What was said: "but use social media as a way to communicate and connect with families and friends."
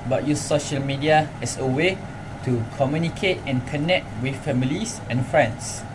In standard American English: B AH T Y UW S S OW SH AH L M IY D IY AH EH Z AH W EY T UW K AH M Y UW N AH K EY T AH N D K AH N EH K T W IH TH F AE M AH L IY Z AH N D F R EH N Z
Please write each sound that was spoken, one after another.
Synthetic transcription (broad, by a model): B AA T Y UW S S OW SH AH L M IY D IY AH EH S AH W EY T UW K AH M Y UW N AH K EY T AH N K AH N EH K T W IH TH F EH M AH L IY S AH N F R EH N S